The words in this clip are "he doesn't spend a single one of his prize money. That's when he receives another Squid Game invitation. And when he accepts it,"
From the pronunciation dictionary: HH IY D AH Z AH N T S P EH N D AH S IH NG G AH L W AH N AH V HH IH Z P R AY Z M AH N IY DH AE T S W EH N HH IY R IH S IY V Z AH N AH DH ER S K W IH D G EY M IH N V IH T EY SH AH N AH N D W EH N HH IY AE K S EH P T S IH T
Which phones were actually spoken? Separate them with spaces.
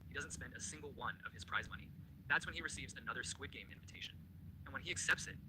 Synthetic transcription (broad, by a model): HH IY D AH Z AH N T S P EH N D AH S IH NG G L W AH N AH V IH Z P R AY Z M AH N IY DH AE T S W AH N IY R IH S IY V Z AH N AH DH ER S K W IH D G EY M IH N V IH T EY SH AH N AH N W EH N IY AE K S EH P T S IH T